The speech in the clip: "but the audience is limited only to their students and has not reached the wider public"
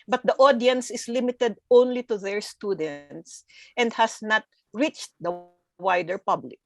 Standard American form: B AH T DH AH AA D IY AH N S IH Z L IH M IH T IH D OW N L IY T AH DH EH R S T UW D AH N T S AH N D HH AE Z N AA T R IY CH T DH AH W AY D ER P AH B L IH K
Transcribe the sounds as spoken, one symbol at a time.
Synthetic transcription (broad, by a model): B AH T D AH AA D IY AH N S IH S L IH M IH T IH D OW N L IY T AH DH EH R S T UW D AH N T S AH N D HH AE S N AA T R IY CH T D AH W AY D ER P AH B L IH K